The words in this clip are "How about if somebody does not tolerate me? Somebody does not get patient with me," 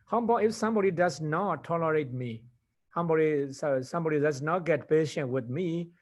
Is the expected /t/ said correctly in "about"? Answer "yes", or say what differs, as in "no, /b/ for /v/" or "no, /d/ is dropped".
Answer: no, /t/ is dropped